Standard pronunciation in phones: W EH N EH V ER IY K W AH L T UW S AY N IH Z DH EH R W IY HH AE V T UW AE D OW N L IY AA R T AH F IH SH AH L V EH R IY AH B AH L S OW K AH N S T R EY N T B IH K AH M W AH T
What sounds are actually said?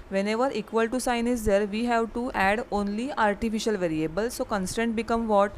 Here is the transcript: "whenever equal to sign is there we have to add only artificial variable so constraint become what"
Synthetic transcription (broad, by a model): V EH N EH V ER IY K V AH L T UW S AY N IH Z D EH R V IY HH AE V T UW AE D OW N L IY AA R T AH F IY SH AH L V EH R IY AH B AH L S OW K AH N S T EY N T B IH K AH M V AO T